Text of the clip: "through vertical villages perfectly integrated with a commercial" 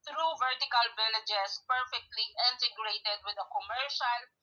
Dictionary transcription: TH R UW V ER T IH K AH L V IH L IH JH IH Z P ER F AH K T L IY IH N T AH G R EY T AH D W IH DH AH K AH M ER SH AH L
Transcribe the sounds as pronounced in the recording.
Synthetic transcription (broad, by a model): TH R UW V ER T IH K AH L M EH N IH JH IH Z P ER F AH K T L IY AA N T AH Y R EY T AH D W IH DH AH K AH M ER SH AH L